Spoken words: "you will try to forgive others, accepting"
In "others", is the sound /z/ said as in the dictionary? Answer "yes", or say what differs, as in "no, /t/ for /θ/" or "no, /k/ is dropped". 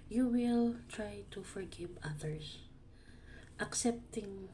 no, /s/ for /z/